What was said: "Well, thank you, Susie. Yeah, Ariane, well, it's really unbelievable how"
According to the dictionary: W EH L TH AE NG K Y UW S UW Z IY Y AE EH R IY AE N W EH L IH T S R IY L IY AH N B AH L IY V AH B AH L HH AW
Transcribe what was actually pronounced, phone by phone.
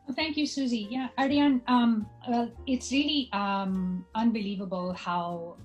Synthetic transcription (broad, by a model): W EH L TH AE NG K Y UW S UW Z IY Y AE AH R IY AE N W EH L IH T S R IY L IY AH N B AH L IY V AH B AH L HH AW